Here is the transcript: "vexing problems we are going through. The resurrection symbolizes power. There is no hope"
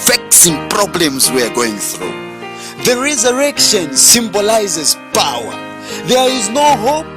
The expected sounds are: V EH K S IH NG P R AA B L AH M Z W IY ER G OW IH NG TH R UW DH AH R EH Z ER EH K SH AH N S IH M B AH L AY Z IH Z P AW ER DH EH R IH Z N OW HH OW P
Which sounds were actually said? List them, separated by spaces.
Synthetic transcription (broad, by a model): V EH K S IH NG P R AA B L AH M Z W IY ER G OW IH NG TH R UW DH AH R EH Z ER EH K SH AH N S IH M B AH L AY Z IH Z P AW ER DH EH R IH Z N OW HH OW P